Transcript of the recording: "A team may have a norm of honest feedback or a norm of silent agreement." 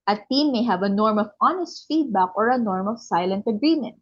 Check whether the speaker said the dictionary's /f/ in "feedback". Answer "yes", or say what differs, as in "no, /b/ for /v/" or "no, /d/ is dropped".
yes